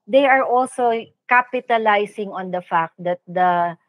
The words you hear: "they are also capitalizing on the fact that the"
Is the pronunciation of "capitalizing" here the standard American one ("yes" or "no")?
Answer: no